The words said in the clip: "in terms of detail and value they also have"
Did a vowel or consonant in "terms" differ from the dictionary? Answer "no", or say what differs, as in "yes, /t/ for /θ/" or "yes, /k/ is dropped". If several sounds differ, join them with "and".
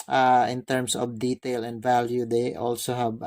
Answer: yes, /s/ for /z/